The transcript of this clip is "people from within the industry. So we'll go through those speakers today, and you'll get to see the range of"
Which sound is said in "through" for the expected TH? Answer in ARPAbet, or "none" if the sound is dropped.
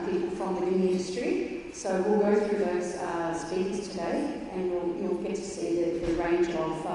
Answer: TH